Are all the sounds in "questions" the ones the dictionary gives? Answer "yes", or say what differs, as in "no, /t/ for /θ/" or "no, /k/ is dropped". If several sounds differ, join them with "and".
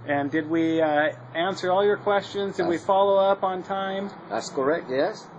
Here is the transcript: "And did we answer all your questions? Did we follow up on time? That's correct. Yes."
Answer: yes